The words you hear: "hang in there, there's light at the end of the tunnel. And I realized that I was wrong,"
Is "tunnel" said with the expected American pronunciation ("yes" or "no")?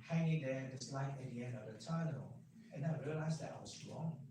no